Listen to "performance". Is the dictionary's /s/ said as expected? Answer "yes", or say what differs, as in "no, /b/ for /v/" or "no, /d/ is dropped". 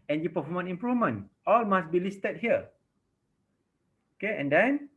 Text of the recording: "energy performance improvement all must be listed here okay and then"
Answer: no, /s/ is dropped